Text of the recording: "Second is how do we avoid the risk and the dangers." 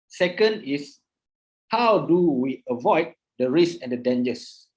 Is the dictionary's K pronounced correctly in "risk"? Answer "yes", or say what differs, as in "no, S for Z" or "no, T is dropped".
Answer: no, K is dropped